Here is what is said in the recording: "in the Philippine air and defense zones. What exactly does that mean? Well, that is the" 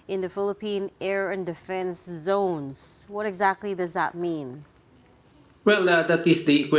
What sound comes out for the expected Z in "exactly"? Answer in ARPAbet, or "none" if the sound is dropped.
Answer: Z